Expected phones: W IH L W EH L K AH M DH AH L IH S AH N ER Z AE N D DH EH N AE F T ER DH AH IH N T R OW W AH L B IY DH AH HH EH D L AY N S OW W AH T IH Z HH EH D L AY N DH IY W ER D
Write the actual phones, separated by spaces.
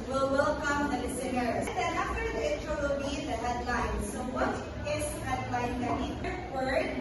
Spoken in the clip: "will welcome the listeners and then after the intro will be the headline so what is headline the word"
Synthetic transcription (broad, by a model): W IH L W EH L K AH M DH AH L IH S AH N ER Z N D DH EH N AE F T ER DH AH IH T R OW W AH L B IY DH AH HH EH D L AY N S OW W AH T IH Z HH EH D L AY N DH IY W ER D